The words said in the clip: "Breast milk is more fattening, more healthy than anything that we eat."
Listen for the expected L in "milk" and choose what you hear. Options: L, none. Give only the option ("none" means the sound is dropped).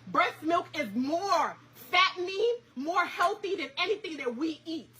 L